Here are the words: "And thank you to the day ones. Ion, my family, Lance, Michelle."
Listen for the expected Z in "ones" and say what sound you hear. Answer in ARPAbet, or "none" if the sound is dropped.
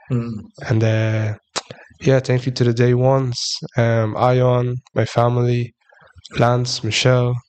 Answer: S